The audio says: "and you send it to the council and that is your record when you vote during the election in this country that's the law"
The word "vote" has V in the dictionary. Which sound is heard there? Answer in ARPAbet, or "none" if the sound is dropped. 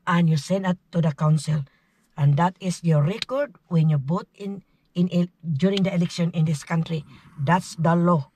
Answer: B